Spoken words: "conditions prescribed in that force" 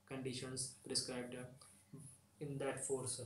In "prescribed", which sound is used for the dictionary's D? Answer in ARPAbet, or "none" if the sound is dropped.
D